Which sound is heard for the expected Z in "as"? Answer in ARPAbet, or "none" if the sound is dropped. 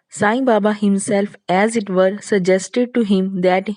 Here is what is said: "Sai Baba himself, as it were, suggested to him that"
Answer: Z